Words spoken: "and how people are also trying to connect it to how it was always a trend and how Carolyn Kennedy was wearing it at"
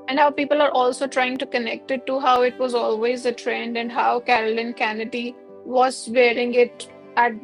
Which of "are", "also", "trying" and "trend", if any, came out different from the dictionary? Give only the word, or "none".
none